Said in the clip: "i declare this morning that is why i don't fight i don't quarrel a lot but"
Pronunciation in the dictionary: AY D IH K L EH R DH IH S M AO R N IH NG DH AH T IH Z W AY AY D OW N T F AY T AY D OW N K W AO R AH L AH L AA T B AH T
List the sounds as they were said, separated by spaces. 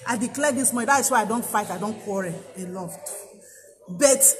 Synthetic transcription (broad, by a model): AY D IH K L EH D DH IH S M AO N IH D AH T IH S W AY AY D OW N T F AY T AY D OW N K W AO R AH AH L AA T B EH T